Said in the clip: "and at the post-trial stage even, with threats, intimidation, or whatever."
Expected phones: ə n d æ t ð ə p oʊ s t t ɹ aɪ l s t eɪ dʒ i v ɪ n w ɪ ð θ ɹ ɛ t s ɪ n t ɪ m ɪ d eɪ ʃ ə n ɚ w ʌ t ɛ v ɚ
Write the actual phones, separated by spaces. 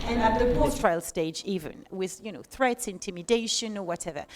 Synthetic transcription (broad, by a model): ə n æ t ð ə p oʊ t t ɹ aɪ l s t eɪ dʒ i v ɪ n w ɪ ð θ ɹ ɛ t s ɪ n t ɪ m ɪ d eɪ ʃ ə n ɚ w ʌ t ɛ v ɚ